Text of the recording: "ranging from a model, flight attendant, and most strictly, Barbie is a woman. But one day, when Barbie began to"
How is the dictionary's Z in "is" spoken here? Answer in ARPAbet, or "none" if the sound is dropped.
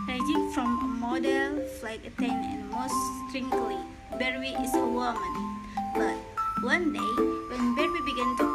S